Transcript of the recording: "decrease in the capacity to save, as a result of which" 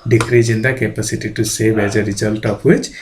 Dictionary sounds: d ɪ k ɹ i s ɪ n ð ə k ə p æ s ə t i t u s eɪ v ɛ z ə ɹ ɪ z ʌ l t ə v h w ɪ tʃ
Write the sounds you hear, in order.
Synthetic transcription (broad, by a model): d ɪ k ɹ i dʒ ɪ n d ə k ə p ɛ s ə t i t u s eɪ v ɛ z ə ɹ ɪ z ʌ l t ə p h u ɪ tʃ